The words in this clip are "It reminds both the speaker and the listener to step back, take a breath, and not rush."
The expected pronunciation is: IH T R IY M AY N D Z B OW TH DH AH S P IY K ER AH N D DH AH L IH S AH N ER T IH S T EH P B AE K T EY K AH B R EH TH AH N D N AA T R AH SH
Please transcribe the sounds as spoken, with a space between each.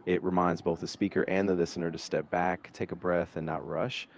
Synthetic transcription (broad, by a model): IH T R IY M AY N D Z B OW TH DH AH S P IY K ER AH N DH AH L IH S AH N ER T IH S T EH P B AE K T EY K AH B R EH TH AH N N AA T R AH SH